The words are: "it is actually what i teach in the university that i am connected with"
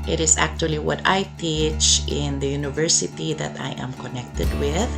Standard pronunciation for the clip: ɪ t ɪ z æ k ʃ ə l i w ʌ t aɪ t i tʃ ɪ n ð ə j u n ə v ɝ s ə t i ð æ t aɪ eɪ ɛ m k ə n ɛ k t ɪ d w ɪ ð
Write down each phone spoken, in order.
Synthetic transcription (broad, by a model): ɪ t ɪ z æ k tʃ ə l i w ʌ t aɪ t i tʃ ɪ n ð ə j u n ə v ɝ s ə t i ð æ t aɪ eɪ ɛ m k ə n ɛ k t ɪ d w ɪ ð